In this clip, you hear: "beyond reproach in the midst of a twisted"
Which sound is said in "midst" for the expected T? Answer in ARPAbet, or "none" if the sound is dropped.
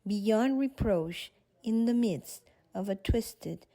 T